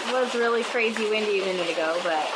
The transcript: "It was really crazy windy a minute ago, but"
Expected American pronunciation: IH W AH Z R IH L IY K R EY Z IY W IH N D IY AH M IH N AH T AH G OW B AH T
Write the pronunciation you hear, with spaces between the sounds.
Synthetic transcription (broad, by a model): W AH S R IH L IY K R EY Z IY W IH N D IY AH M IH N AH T AH G OW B AH T